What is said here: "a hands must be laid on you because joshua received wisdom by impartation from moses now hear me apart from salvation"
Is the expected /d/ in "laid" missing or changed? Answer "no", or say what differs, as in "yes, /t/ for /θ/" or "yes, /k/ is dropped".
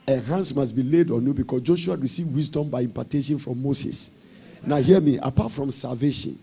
no